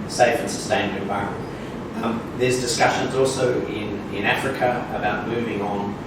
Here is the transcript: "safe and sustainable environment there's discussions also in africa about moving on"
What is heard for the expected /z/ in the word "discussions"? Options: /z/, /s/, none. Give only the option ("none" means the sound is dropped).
/z/